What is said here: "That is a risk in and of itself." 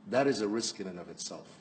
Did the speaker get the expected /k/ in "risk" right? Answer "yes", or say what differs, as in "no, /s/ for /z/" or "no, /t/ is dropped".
yes